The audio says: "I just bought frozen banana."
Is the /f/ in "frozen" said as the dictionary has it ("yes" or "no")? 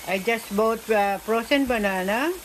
no